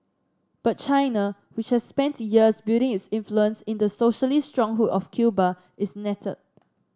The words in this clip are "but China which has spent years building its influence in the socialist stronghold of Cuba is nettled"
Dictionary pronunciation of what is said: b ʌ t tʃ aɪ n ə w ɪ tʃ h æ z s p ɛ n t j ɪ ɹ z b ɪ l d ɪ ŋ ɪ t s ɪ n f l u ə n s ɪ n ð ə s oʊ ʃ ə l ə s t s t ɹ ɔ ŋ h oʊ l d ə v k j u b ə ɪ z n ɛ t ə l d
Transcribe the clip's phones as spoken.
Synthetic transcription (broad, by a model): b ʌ t tʃ aɪ n ə w ɪ tʃ h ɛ s p ɛ n t j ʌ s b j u d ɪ ŋ ɪ t s ɪ n f l u ə n s ɪ n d ə s oʊ ʃ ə l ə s s t ɹ ɔ ŋ h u d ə f k j u b ə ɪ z n ɛ t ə d